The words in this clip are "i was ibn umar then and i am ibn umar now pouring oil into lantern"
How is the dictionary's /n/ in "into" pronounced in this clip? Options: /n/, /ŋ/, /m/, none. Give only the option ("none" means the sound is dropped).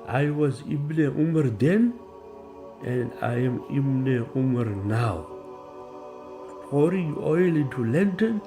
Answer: none